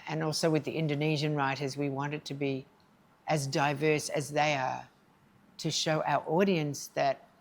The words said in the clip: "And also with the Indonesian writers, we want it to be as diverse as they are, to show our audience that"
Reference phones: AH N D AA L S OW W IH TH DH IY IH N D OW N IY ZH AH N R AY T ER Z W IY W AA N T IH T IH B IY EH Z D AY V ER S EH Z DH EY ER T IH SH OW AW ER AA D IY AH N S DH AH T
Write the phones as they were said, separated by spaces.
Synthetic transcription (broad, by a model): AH N AA L S OW W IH DH IY IH N D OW N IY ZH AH N R AY T ER Z W IY W AA N T IH T IH B IY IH Z D AY V ER S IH Z DH EY ER T IH SH OW AW ER AA D IY AH N S DH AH T